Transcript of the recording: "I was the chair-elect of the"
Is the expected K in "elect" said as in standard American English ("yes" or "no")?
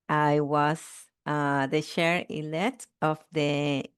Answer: no